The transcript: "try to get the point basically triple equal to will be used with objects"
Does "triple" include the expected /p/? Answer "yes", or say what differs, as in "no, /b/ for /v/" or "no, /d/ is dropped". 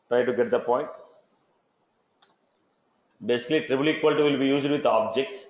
no, /b/ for /p/